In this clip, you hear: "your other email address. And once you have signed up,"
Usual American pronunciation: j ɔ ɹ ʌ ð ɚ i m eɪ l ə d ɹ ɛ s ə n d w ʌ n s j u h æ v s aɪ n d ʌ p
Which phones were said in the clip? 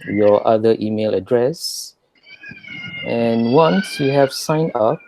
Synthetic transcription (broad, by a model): j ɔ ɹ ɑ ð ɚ i m eɪ l ə d ɹ ɛ s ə n w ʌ n s j u h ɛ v s aɪ n ʌ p